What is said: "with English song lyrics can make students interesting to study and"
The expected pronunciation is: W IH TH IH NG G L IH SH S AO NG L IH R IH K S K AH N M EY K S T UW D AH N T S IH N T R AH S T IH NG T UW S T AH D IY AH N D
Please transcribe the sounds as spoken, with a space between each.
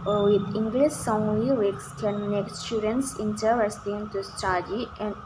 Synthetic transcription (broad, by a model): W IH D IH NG G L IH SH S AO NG W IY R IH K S K AH N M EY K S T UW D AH N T S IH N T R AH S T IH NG T UW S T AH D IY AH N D